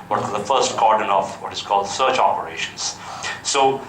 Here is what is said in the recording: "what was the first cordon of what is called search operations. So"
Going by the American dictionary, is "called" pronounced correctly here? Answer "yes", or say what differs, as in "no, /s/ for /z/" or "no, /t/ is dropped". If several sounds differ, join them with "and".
yes